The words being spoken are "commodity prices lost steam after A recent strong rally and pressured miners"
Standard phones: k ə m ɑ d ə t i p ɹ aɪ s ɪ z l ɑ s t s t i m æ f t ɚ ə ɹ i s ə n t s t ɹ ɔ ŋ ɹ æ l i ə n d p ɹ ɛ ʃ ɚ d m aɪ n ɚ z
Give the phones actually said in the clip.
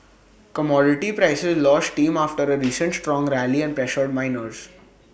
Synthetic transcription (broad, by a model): k ə m ɑ d ə t i p ɹ aɪ s ɪ z l ɑ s t t i m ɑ f t ɚ ə ɹ i s ə n t s t ɹ ɔ ŋ ɹ æ l i ə n d p ɹ ɛ ʃ ɚ d m aɪ n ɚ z